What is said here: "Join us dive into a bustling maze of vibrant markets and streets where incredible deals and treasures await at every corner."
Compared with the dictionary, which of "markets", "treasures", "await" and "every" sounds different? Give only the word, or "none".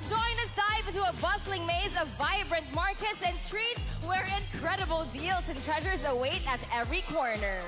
none